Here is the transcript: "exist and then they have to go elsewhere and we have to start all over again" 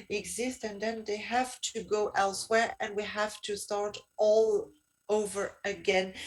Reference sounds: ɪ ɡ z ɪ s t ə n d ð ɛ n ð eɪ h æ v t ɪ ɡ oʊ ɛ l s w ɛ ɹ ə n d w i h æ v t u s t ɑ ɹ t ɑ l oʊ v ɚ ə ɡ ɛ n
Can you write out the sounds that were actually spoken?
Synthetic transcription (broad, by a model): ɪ ɡ z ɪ s t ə n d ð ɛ n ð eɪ h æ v t ɪ ɡ oʊ ɛ l s w ɛ ɹ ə n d w i h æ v t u s t ɑ ɹ t ɑ l oʊ v ɚ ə ɡ ɛ n